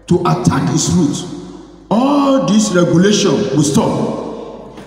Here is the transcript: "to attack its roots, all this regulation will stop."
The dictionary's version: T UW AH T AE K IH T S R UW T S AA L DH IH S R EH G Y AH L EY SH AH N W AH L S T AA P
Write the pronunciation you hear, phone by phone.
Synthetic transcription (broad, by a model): T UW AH T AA K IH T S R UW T AA L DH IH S R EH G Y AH L EY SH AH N W AH L S T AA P